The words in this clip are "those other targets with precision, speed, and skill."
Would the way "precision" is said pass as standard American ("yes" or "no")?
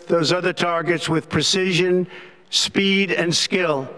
yes